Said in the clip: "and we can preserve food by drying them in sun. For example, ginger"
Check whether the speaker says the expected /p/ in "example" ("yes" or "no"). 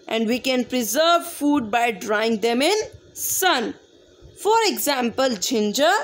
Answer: yes